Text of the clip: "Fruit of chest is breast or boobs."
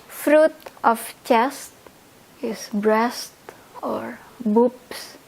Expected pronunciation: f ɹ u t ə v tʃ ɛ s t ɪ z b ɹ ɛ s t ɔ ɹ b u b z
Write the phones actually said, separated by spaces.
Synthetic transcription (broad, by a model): f ɹ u t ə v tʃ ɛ s t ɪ s b ɹ ɛ s t ɔ ɹ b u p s